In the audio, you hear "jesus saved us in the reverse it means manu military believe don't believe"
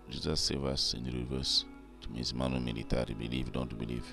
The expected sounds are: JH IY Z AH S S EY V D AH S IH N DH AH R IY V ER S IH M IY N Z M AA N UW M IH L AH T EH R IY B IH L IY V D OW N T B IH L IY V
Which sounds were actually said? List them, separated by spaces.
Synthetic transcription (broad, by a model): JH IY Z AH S S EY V AH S IH N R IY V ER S IH M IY Z M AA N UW M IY L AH T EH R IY B IH L IY V D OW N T B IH L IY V